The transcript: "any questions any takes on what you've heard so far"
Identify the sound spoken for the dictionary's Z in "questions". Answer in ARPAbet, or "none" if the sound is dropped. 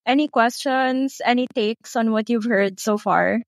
S